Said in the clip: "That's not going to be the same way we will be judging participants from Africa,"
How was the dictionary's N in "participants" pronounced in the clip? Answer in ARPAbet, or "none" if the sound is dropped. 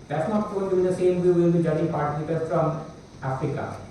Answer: none